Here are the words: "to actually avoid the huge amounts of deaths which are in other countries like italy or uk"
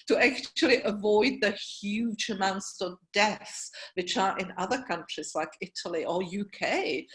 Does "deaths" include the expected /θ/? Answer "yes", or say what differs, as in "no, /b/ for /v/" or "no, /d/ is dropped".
yes